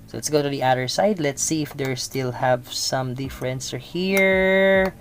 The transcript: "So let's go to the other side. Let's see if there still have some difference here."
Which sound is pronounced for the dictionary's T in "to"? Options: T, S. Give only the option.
T